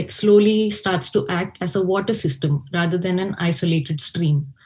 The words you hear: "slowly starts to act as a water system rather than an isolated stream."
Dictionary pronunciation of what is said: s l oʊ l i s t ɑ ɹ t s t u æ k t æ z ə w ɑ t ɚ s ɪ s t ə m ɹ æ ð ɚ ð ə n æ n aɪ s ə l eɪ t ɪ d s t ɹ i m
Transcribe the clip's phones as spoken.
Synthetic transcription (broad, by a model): s l oʊ l i s t ɑ ɹ t s t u æ k t æ z ə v ɑ t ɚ s ɪ s t ə m ɹ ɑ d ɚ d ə n æ n aɪ s ə l eɪ t ɪ d s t ɹ i m